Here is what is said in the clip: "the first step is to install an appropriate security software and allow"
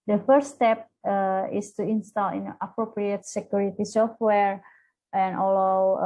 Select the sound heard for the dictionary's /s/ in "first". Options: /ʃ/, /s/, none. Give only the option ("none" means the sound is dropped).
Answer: none